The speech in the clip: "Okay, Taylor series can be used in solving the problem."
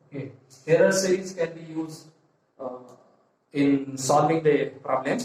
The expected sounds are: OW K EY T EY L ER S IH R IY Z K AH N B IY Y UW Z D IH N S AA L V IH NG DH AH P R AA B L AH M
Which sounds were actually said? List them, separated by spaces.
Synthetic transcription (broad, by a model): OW K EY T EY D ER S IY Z K AH N B IY Y UW Z D IH N S AA L V IH NG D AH P R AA B L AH M